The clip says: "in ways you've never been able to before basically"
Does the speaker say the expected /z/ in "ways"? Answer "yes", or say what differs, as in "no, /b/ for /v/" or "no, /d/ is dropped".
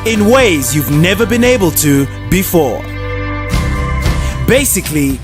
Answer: yes